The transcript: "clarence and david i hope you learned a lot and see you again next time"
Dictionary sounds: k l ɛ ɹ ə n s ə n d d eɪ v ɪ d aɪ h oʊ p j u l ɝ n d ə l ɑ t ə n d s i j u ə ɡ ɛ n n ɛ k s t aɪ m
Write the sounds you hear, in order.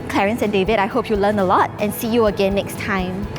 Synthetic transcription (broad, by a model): k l ɛ ɹ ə n s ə n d d eɪ v ɪ d aɪ h oʊ p j u l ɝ n ə l ɑ t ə n s i j u ə ɡ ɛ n n ɛ k s t aɪ m